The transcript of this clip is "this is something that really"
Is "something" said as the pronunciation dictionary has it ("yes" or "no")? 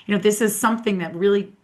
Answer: yes